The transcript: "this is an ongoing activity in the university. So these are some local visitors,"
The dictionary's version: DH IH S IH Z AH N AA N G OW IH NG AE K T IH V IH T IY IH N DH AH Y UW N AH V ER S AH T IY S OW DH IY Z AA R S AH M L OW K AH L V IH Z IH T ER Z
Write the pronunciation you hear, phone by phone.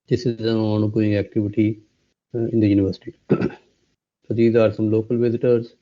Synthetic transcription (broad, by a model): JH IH S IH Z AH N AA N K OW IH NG AE K T IH V IH T IY IH N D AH Y UW N AH V ER S AH T IY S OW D IY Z AA R S AH M L OW K AH L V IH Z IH T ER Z